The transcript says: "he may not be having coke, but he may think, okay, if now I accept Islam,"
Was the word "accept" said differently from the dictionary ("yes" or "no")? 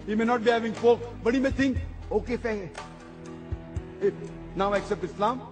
no